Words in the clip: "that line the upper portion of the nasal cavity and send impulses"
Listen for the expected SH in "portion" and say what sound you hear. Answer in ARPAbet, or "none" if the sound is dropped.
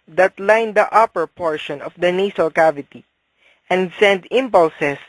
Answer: SH